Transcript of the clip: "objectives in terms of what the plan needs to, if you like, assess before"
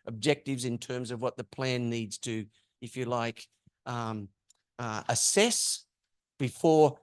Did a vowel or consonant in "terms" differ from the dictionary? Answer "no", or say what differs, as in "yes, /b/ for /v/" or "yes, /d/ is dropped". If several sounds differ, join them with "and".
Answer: no